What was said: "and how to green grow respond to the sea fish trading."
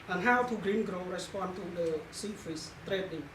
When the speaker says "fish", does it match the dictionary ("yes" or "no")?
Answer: no